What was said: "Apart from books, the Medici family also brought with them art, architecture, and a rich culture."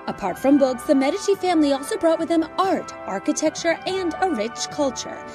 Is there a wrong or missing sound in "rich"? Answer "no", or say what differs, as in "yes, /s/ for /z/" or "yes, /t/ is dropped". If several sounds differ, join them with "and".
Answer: no